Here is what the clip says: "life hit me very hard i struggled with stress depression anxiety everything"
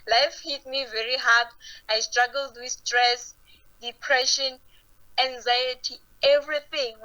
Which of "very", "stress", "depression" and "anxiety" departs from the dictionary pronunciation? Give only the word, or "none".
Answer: none